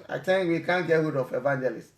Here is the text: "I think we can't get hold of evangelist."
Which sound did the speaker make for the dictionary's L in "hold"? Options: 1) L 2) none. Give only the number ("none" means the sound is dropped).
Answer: 2